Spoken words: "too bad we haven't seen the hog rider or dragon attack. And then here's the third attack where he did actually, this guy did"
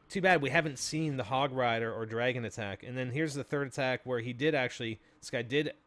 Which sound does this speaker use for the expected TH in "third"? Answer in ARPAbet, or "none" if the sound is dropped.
TH